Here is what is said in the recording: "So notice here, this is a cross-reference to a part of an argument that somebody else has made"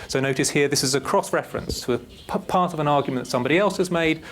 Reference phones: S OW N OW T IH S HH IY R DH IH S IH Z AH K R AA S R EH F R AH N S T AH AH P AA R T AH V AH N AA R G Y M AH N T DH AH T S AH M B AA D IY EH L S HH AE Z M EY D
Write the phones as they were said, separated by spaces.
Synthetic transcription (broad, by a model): S OW N OW T IH S HH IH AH DH IH S IH Z AH K R AA S R EH F R AH N S T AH AH P AA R T AH V AH N AA G Y M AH N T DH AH T S AH M B AA D IY EH L S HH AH Z M EY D